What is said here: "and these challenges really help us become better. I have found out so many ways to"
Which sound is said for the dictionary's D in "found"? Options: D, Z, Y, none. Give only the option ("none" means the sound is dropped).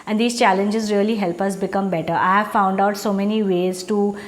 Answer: D